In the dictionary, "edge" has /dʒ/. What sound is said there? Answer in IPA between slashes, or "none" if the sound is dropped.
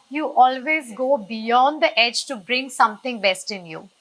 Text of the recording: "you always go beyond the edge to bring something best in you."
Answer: /dʒ/